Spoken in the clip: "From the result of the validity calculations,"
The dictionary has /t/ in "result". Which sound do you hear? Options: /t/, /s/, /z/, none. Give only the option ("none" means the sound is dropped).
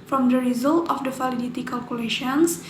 /t/